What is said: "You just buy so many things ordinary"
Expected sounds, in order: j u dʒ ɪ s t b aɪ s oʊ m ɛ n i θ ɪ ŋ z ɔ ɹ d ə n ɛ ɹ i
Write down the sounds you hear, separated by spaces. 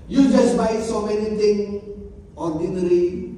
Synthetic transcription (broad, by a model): j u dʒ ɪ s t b aɪ s oʊ m ɛ n i t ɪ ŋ ɔ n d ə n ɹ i